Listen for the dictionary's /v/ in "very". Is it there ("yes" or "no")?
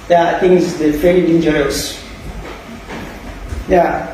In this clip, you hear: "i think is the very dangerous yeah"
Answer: no